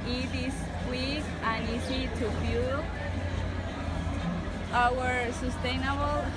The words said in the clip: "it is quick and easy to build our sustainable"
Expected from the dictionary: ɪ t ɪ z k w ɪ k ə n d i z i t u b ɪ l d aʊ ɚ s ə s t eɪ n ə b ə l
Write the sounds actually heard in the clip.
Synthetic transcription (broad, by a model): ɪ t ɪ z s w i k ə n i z i t u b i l aʊ ɚ s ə s t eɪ n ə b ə l